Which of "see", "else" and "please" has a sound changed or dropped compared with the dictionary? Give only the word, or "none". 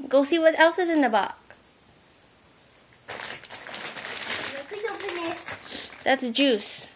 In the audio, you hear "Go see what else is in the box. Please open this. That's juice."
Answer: please